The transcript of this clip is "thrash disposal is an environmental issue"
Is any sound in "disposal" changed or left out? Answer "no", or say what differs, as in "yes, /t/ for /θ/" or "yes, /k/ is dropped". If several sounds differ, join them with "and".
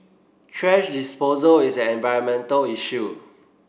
no